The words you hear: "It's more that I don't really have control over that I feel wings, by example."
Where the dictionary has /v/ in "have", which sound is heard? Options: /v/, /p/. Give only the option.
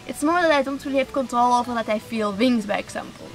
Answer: /p/